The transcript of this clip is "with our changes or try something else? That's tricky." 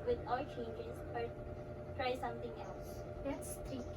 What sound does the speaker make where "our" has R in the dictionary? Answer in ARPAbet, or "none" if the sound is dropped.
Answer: L